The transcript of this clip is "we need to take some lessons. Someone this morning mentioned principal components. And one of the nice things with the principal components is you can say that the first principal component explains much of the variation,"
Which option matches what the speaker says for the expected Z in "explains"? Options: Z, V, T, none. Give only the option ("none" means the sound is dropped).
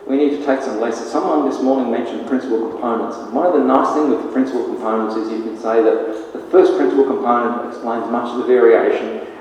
Z